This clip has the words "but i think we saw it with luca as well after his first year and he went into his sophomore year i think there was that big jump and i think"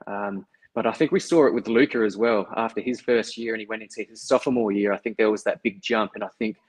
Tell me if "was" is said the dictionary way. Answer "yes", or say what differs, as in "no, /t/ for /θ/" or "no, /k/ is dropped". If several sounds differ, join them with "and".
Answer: yes